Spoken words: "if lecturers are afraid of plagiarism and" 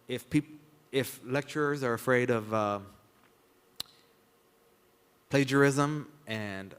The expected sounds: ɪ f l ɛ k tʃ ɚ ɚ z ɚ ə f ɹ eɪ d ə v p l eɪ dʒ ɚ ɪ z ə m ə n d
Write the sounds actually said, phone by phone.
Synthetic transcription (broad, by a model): ɪ f l ɛ k tʃ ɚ ɚ z ɚ ə f ɹ eɪ d ə v p l eɪ dʒ ɚ ɪ z ə m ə n